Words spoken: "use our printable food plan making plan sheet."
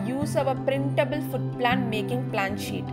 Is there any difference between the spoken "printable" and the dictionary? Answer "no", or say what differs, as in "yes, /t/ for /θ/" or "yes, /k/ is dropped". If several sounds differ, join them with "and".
no